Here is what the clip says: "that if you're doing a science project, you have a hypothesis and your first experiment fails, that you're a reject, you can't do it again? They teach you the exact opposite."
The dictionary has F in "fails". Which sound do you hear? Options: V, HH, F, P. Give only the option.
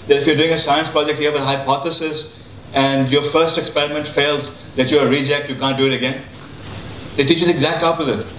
F